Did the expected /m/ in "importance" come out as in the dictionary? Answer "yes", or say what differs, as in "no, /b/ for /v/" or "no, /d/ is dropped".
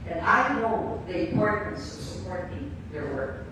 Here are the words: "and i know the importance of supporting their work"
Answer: no, /m/ is dropped